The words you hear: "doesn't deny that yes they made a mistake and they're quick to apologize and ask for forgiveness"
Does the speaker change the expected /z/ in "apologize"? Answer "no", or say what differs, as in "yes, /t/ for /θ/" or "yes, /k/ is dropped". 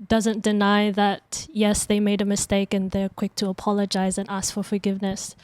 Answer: no